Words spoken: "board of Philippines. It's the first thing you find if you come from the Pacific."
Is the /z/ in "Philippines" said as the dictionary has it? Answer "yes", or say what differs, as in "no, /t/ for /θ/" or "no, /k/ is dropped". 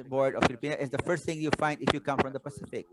no, /z/ is dropped